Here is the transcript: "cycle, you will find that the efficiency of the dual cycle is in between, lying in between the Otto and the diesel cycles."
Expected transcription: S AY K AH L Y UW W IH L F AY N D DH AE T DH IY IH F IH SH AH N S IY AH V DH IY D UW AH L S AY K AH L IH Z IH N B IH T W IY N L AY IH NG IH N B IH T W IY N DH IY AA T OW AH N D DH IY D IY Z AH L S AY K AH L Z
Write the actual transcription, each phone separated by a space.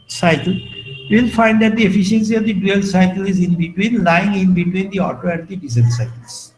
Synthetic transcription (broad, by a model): S AY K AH L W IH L F AY N D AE T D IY IH F IH SH AH N S IY AH V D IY D UW AH L S AY K AH L IH Z IH N B IH T W IY N L AY IH NG IH N B IH T W IY N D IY AA T OW AH N D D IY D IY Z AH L S AY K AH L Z